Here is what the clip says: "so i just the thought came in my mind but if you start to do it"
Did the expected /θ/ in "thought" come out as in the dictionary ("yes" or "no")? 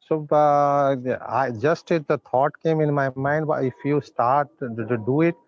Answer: no